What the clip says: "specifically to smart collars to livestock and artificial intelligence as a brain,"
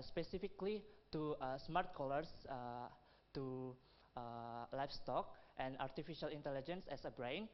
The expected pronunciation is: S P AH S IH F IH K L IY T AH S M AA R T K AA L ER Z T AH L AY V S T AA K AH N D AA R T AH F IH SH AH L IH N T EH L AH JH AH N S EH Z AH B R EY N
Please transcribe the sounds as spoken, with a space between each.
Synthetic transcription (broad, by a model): S P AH S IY F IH K L IY T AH S M AA R T K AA L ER S T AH L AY F S T AA K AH N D AA R T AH F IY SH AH L IH N T EH L AH JH AH N S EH S AH B R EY N